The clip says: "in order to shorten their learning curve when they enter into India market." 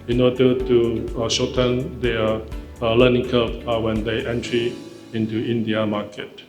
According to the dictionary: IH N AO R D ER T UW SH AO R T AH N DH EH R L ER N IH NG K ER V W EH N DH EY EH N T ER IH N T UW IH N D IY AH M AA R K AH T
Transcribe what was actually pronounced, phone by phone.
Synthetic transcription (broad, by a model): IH N AO D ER T UW SH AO T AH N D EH L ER N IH NG K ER P W EH N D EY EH N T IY IH N T UW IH N D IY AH M AA K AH T